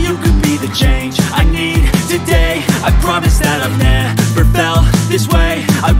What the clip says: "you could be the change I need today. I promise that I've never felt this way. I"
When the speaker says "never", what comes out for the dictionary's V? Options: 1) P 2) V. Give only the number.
1